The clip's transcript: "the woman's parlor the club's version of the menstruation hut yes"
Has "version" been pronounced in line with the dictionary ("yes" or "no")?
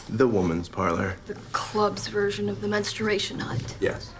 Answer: yes